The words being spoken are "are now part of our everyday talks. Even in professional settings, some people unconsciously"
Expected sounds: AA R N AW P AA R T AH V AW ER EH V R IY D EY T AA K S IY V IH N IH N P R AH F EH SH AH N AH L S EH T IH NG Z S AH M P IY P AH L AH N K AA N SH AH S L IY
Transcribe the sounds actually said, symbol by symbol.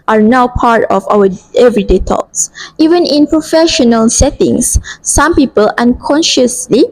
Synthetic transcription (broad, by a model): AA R N AW P AA R T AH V AW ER EH V R IY D EY T AA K S IY V IH N IH N P R AH F EH SH AH N AH L S EH T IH NG S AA M P IY P AH L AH N K AA N SH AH S L IY